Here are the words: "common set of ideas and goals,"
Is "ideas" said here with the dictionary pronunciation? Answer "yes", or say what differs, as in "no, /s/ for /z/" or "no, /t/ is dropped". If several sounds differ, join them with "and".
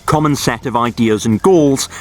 yes